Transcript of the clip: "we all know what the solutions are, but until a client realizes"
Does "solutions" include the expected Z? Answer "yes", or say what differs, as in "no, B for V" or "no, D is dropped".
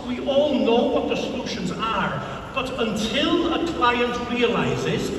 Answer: yes